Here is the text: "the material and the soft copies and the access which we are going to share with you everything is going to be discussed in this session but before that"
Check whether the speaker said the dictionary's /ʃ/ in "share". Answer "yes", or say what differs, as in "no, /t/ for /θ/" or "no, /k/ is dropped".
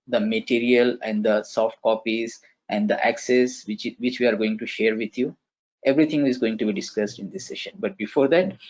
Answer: yes